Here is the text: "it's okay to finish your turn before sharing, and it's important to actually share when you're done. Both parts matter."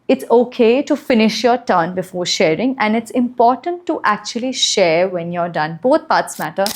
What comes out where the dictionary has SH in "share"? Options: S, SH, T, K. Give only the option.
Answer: SH